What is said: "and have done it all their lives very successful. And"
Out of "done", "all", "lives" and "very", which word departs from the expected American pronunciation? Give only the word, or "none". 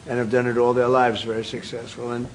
none